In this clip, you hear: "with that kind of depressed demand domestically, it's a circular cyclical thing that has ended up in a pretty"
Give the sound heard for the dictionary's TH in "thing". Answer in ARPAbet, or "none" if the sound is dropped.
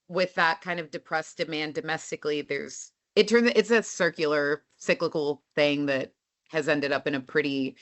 TH